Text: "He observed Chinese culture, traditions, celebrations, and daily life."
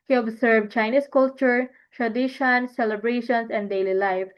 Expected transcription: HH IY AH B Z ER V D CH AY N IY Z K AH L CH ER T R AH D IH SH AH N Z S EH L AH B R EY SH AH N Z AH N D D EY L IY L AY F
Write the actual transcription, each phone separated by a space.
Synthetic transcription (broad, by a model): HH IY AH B S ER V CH AY N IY S K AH L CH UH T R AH D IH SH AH N S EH L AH B R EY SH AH N S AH N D D EY L IY L AY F